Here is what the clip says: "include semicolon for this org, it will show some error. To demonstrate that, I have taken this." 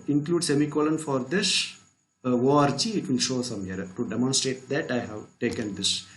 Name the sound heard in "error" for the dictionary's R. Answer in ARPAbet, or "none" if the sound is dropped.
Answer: none